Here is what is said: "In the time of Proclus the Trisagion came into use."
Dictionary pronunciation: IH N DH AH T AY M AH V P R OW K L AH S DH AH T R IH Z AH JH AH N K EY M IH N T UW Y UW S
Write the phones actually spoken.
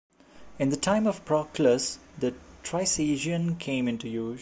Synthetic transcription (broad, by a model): IH N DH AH T AY M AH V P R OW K L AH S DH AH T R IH S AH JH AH N K EY M IH N T UW Y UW